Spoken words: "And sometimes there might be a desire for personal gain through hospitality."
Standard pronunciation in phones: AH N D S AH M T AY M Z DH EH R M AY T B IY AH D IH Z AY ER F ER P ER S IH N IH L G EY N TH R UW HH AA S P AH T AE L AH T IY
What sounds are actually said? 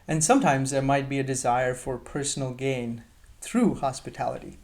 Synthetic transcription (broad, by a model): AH N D S AH M T AY M Z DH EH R M AY T B IY AH D IH Z AY ER F ER P ER S N L G EY N TH R UW HH AA S P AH T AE L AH T IY